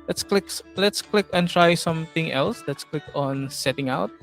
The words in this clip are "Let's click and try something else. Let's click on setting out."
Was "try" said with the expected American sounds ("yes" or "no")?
yes